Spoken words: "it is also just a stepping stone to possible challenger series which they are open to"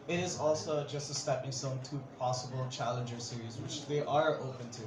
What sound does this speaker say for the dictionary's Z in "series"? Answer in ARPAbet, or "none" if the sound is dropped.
Z